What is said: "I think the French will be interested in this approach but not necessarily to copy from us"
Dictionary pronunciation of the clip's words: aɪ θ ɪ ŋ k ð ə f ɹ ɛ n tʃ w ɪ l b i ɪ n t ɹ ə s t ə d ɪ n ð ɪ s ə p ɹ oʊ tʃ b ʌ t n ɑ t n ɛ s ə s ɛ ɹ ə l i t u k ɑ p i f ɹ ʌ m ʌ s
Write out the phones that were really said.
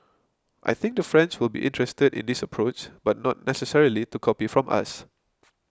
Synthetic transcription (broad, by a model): aɪ θ ɪ ŋ k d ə f ɹ ɛ n s w ɪ l b i ɪ n t ɹ ə s t ə d ɪ n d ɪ s ə p ɹ oʊ tʃ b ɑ t n ɑ t n ɛ s ə s ɛ ɹ ə l i t u k ɑ p i f ɹ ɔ m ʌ s